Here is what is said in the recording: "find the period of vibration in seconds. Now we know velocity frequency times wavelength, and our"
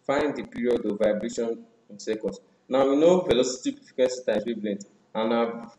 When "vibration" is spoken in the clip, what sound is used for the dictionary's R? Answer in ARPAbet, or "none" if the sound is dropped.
R